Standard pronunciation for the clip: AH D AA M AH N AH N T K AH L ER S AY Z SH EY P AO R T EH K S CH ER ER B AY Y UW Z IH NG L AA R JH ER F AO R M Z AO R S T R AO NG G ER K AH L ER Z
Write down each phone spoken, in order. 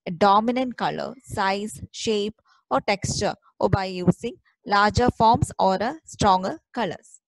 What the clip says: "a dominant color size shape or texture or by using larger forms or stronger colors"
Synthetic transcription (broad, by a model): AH D AA M AH N AH N T K AH L ER S AY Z SH EY P AO R T EH K S CH ER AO B AY Y UW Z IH NG L AA R JH ER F AO R M S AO R S T R AO NG G ER K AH L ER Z